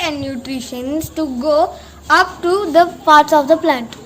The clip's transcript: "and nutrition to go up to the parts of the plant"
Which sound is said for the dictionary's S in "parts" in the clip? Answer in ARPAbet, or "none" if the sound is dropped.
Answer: S